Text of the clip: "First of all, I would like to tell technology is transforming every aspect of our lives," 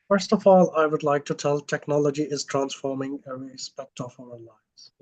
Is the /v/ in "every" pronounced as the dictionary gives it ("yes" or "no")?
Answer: no